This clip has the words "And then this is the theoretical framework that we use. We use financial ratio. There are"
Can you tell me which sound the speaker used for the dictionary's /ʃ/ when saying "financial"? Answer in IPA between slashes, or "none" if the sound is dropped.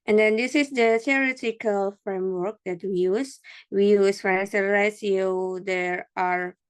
/s/